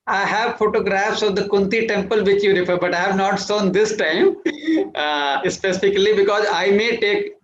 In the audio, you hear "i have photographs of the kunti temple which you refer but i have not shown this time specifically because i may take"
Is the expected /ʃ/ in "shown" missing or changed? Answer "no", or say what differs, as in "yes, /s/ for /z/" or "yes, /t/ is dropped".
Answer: yes, /s/ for /ʃ/